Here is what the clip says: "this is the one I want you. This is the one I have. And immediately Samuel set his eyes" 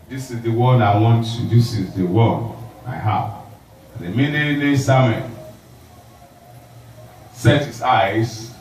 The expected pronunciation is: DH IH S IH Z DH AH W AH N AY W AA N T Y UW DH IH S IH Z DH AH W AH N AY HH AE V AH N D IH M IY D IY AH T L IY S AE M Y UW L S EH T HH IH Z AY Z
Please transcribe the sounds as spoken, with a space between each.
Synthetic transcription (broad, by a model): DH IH S IH Z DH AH W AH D AY W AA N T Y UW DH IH S IH Z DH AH W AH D AY HH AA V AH N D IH M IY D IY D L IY S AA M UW N S EH T HH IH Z AY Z